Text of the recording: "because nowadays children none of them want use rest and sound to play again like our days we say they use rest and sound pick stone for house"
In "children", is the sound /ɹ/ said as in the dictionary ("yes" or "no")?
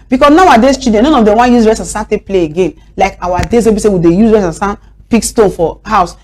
no